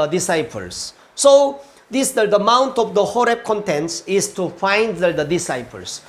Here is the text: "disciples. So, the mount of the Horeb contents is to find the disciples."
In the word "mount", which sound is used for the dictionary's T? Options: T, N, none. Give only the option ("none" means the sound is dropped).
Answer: T